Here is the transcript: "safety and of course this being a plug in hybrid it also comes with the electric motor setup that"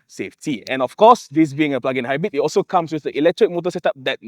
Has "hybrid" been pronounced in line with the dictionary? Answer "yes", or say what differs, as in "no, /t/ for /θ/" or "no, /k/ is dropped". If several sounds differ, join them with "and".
no, /ɹ/ is dropped